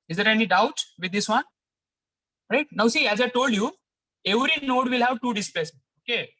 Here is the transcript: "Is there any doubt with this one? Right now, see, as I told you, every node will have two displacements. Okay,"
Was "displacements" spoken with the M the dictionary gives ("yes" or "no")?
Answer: no